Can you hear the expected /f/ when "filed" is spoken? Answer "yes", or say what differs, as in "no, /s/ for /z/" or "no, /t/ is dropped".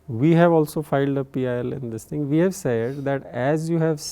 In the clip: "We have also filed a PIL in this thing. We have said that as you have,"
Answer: yes